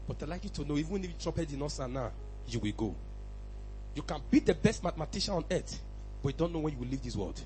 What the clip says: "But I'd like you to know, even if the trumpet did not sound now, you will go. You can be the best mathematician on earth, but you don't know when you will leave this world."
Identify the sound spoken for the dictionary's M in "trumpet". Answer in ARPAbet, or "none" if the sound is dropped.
none